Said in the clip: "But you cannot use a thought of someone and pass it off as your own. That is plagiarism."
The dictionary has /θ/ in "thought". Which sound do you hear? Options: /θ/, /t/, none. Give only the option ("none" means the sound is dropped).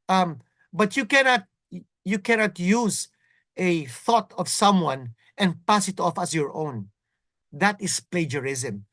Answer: /θ/